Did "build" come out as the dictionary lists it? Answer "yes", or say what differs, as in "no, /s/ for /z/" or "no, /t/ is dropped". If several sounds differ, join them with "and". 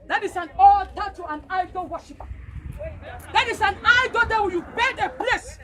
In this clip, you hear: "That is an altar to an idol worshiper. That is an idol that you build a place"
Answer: no, /l/ is dropped